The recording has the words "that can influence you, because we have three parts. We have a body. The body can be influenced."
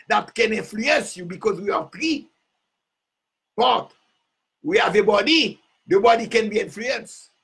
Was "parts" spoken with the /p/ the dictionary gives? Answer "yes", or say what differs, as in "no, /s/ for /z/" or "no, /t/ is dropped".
no, /b/ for /p/